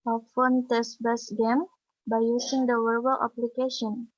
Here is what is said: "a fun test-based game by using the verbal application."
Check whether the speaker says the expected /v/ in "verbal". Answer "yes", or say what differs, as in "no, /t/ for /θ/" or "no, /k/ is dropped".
no, /w/ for /v/